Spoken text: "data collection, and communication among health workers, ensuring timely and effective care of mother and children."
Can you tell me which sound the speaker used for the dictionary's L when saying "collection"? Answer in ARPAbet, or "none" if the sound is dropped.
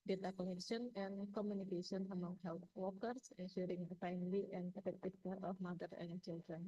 N